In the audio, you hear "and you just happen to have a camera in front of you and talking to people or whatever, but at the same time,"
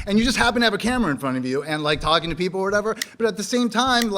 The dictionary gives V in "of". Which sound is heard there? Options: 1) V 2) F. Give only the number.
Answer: 1